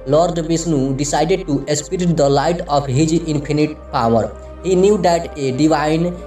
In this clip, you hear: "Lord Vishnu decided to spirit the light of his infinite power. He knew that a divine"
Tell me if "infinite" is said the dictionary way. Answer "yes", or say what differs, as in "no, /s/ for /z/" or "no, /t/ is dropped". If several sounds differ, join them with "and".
no, /p/ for /f/